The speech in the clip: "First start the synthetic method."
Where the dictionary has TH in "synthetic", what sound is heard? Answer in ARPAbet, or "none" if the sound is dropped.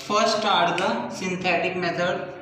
T